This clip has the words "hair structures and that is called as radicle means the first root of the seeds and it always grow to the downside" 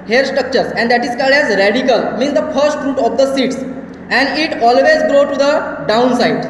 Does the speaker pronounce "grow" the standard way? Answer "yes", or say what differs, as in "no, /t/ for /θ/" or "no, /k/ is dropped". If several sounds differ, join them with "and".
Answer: yes